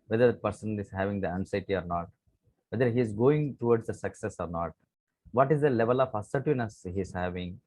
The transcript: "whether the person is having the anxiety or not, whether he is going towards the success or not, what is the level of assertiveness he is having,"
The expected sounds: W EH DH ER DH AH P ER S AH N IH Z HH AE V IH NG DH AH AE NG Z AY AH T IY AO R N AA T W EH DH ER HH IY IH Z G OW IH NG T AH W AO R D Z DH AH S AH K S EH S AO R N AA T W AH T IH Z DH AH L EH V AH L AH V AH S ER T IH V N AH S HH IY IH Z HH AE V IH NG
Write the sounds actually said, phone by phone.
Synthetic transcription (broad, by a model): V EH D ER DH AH P ER S AH N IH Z HH AE V IH NG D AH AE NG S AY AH T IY AO R N AA T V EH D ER HH IY IH Z G OW IH NG T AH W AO R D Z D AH S AH K S EH S AO R N AA T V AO T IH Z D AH L EH V AH L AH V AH S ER T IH N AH S HH IY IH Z HH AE V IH NG